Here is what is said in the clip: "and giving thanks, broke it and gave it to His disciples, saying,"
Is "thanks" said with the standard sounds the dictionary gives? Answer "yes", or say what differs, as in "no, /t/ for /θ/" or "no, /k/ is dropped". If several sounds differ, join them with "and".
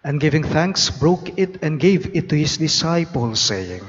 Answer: yes